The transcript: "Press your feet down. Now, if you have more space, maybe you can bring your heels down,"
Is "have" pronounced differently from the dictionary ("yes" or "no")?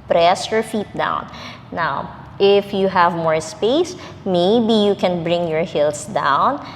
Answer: no